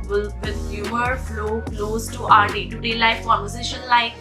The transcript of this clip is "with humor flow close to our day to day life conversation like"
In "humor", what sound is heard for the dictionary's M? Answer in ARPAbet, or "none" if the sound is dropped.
none